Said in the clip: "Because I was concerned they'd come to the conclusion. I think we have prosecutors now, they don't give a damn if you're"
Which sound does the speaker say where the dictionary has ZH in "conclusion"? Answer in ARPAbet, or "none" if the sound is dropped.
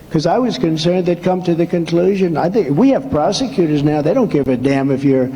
ZH